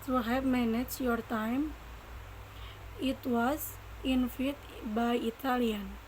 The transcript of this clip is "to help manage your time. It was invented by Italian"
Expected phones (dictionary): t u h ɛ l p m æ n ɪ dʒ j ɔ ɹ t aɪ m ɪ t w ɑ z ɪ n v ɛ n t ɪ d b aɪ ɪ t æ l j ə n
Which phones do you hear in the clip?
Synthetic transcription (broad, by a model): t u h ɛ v m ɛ n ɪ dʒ j ɔ ɹ t aɪ m ɪ t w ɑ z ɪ n f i t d b aɪ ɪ t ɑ l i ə n